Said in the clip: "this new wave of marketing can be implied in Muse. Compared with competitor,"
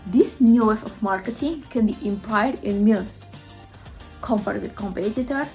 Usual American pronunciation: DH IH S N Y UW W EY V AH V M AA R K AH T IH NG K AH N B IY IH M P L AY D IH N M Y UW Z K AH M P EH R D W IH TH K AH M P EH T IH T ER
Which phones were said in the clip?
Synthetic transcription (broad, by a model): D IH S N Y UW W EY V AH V M AA R K AH T IH NG K AH N B IY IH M P AY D IH N M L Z K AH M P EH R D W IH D K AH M P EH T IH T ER